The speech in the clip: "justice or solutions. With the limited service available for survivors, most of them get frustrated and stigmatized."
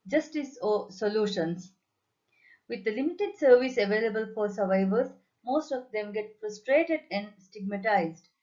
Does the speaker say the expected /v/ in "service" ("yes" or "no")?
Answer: yes